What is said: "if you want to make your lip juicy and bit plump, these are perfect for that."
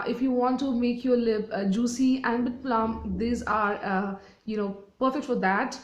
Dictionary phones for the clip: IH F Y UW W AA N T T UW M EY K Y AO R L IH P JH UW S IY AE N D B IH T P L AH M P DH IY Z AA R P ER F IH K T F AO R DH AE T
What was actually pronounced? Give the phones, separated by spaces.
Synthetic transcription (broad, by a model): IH F Y UW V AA N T T UW M EY K Y AO R L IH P JH UW S IY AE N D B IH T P L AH M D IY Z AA R P ER F IH K T F AO R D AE T